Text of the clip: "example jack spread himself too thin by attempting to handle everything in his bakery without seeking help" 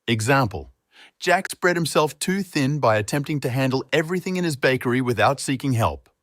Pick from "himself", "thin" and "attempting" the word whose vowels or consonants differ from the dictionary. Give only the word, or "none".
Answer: none